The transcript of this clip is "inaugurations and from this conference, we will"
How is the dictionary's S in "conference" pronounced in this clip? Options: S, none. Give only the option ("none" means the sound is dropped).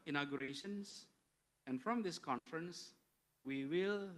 S